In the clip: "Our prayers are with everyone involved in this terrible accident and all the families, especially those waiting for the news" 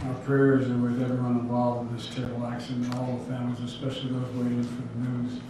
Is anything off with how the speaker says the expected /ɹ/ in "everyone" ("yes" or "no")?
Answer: yes